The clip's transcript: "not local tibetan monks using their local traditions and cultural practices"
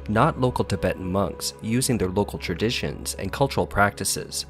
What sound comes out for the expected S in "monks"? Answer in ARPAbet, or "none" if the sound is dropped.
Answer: S